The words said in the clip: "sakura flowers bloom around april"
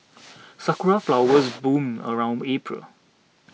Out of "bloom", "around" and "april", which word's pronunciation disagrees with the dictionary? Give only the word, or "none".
bloom